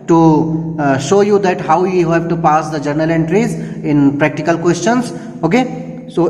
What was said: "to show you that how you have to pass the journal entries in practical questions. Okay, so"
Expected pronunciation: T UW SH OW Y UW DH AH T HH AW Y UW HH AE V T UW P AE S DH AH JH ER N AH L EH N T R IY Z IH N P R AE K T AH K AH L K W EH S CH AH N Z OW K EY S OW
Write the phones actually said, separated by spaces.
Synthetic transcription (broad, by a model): T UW SH OW Y UW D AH T HH AW Y UW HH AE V T UW P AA S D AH JH ER N AH L EH N T R IY Z IH N P R AE K T AH K AH L K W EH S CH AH N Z OW K EY S OW